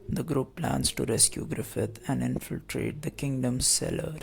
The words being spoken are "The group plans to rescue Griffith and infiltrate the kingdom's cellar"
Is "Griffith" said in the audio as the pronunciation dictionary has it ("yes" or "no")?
no